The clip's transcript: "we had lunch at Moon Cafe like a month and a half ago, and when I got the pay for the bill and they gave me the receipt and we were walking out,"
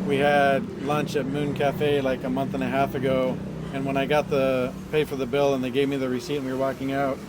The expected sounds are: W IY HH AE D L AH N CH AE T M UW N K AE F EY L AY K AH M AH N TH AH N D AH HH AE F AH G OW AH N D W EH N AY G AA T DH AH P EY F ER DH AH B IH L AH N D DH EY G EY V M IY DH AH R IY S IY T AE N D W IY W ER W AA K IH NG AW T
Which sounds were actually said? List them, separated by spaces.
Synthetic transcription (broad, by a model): W IY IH D L AH N CH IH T M UW N K AE F EY L AY K AH M AH N TH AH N AH HH AE F AH G OW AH N W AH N AY G AA T DH AH P EY F ER DH AH B IH L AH N DH EY G EY V M IY DH AH R IY S IY T N W IY W ER W AA K IH NG AW T